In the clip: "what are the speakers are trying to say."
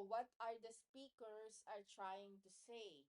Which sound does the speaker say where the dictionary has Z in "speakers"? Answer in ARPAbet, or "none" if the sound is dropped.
S